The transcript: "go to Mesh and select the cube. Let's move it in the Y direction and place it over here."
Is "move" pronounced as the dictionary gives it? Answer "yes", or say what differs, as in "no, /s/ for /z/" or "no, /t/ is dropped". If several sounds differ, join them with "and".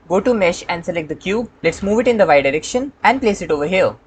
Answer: yes